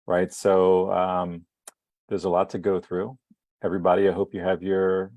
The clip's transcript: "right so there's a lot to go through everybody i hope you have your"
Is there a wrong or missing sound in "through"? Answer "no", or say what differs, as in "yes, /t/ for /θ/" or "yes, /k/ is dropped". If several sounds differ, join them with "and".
no